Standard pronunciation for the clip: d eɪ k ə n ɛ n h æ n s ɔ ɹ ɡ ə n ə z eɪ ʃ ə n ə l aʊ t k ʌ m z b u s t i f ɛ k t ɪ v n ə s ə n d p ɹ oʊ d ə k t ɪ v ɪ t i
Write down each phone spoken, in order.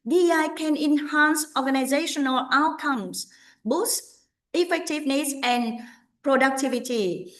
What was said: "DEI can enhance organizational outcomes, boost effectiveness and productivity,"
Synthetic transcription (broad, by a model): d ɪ k ə n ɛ n h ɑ n s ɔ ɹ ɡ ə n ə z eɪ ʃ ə n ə l aʊ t k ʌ m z b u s i f ɛ k t ɪ v n ə s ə n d p ɹ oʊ d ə k t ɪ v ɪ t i